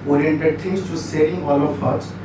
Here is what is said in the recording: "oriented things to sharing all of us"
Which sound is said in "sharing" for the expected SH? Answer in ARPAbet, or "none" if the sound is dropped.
S